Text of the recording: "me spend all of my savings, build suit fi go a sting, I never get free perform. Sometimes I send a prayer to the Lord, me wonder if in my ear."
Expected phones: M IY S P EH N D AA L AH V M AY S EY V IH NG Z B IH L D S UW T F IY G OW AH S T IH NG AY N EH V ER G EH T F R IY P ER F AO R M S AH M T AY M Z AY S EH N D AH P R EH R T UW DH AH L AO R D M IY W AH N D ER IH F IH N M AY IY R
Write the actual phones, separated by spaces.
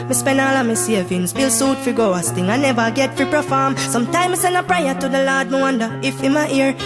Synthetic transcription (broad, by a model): M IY S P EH N AA L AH M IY S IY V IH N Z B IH L S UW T F IY G OW AH S T IH NG AY N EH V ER G EH T F R IY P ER F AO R M S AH M T AY M IY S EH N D AH P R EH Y T UW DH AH L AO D M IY W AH N D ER IH F IH N M AY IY R